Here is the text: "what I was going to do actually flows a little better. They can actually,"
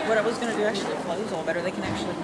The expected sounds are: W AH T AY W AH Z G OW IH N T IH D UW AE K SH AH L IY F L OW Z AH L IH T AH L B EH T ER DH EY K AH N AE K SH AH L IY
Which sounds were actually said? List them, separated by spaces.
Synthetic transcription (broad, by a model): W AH T AY W AH Z G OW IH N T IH D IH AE K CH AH L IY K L OW AH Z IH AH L B EH T ER DH EY K AH N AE K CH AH L IY